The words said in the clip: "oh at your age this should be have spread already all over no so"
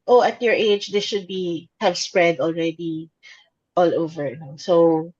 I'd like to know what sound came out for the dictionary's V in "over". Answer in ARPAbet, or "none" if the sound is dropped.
V